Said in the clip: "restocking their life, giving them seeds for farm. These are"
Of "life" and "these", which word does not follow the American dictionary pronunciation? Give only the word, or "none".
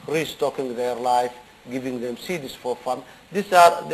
these